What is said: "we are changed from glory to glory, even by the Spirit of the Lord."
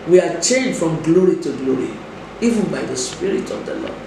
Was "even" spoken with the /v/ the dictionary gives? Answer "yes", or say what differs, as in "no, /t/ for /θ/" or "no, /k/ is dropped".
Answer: yes